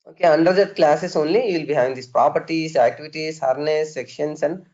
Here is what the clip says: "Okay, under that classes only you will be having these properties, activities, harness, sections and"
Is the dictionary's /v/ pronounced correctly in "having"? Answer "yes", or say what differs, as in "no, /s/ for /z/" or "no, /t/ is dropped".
no, /v/ is dropped